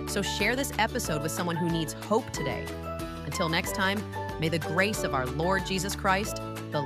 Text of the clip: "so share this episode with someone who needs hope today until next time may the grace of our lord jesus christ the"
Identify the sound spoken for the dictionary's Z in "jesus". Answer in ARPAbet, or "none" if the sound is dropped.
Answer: Z